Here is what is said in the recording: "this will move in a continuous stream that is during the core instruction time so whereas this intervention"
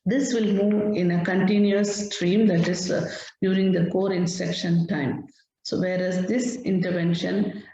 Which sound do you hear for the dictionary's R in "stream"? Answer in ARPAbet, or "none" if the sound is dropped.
R